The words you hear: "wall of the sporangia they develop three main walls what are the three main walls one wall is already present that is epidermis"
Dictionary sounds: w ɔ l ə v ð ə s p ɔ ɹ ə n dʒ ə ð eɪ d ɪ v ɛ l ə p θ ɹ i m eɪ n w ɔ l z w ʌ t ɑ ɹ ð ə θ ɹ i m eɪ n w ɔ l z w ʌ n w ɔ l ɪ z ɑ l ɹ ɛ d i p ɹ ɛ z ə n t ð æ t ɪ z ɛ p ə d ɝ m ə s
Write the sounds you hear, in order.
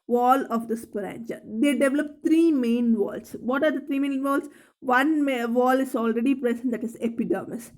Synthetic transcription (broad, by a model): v ɔ l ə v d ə s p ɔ ɹ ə n tʃ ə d eɪ d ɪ v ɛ l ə p t ɹ i m eɪ n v ɔ l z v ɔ t ɑ ɹ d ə t ɹ i m eɪ n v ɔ l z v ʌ n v ɔ l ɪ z ɑ l ɹ ɛ d i p ɹ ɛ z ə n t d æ t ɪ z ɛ p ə d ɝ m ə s